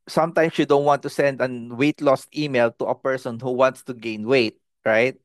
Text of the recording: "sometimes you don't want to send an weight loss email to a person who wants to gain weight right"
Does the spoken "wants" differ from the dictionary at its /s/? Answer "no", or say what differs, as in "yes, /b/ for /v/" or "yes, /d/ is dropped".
no